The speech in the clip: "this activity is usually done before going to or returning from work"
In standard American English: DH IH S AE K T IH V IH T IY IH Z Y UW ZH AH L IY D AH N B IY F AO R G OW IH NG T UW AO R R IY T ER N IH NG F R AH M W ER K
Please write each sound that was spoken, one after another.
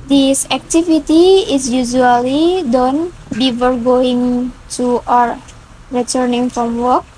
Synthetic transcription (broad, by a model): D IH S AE K T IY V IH T IY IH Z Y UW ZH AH L IY D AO N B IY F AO R G OW IH NG T UW AO R R IY T ER N IH NG F R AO M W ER K